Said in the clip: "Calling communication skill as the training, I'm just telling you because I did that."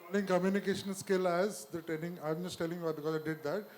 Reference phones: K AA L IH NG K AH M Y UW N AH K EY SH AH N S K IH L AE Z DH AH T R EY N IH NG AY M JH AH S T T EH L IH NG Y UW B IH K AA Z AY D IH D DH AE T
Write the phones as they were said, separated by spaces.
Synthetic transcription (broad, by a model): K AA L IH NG K AH M Y UW N AH K EY SH AH N S K IH L AE Z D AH T EY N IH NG AY M JH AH S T T EH L IH NG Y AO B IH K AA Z AY D IH D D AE T